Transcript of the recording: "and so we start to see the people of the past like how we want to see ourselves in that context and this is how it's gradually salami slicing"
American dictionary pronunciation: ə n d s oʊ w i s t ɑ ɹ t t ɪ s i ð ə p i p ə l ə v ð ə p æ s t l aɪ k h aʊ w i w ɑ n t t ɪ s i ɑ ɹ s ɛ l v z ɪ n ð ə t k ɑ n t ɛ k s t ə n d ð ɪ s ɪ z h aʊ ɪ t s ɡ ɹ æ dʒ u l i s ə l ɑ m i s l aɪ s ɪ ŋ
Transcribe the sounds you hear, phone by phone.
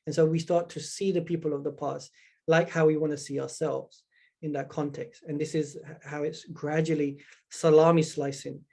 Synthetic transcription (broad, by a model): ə n s oʊ w i s t ɑ ɹ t t ɪ s i ð ə p i p ə l ə v ð ə p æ s t l aɪ k h aʊ w i w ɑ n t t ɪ s i ɑ ɹ s ɛ l v z ɪ n ð ə t k ɑ n t ɛ k s t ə n ð ɪ s ɪ z h aʊ ɪ t s ɡ ɹ æ dʒ u l i s ə l ɑ m i s l aɪ s ɪ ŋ